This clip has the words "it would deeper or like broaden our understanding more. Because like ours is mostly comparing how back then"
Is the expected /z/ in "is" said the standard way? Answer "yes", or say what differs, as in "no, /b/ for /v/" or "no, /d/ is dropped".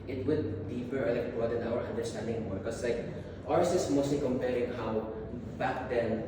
no, /s/ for /z/